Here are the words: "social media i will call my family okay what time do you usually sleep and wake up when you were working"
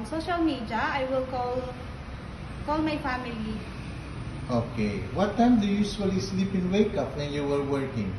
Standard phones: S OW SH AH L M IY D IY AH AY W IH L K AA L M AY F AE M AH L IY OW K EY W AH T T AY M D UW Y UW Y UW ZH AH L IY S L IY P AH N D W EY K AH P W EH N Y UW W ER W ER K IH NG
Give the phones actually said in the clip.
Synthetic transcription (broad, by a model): S OW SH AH L M IY D IY AH AY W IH L K AA L M AY F AE M AH L IY OW K EY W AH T T AY M D UW Y UW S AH L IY S L IY P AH N W EY K AH P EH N Y UW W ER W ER K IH NG